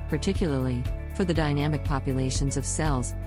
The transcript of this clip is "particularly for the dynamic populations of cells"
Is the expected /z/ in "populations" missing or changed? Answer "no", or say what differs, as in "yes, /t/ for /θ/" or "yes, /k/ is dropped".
no